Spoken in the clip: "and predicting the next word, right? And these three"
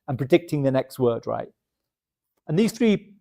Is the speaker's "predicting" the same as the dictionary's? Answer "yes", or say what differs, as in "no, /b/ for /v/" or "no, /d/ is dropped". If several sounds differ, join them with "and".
yes